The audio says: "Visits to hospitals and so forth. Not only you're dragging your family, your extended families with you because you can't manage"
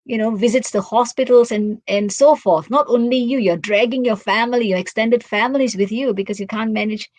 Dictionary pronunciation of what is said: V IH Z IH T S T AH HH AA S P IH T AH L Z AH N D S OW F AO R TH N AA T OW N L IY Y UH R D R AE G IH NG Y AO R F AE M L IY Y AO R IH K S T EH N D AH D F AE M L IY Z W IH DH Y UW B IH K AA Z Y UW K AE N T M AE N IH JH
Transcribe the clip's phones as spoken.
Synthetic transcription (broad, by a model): V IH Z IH T S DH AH HH AA S P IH T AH L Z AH N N S OW F AO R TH N AA T OW N L IY Y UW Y D R AE G IH NG Y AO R F AE M L IY Y AO R IH K S T EH N D AH D F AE M L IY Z W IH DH Y UW B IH K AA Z Y UW K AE N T M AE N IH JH